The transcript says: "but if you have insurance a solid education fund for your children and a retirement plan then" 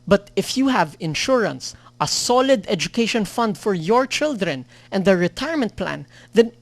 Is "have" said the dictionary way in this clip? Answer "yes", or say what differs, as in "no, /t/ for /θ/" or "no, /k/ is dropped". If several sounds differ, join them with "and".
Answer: yes